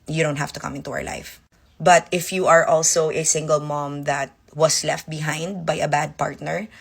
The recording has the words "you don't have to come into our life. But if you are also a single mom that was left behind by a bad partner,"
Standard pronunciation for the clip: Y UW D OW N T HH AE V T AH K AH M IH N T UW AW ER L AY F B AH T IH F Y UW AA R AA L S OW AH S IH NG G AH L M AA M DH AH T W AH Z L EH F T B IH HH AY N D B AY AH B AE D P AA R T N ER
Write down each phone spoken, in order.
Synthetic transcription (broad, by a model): Y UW D OW N T HH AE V T AH K AH M IH N T UW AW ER L AY F B AH T IH F Y UW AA R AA L S OW AH S IH NG G AH L M AA M DH AH T W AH S L EH F T B IH HH AY N D B AY AH B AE D P AA R T N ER